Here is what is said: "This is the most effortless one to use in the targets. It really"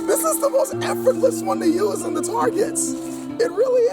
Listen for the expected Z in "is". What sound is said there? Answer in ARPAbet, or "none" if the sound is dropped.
Z